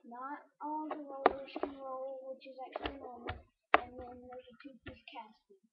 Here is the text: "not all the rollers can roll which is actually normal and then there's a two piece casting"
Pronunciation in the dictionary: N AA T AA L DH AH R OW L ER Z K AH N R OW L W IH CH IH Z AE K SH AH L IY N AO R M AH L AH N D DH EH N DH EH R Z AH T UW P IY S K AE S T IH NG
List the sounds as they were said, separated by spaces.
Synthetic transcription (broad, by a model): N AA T AA L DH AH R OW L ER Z K AH N R OW L W IH CH IH Z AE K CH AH L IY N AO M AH N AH N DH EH N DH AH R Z AH T UW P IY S K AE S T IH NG